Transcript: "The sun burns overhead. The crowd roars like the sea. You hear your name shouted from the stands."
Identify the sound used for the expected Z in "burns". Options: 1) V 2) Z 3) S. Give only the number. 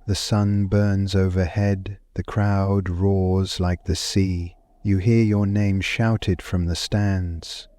2